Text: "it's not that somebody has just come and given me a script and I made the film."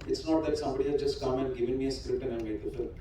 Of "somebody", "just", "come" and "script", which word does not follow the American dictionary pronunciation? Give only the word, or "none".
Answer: script